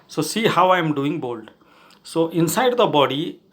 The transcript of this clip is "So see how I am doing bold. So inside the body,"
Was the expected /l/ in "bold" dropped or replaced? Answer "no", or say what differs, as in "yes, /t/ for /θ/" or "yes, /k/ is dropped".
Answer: no